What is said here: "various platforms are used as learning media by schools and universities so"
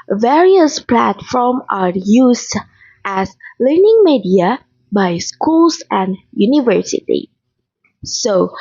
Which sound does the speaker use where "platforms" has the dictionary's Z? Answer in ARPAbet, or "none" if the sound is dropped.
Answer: none